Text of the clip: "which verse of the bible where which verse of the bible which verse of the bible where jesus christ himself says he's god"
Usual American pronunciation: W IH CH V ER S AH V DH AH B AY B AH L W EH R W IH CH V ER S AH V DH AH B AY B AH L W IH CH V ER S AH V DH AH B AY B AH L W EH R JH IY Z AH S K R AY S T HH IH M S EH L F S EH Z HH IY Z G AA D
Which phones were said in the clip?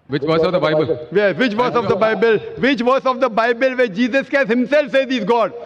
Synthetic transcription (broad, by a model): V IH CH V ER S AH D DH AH B AY B AH L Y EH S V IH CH V ER S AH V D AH B AY B AH L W IH CH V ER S AH V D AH B AY B AH L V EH JH IY Z AH S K AY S HH IH M S EH L F S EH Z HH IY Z G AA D